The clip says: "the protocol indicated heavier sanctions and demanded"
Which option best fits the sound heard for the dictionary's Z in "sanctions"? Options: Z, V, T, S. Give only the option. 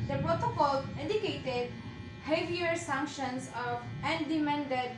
S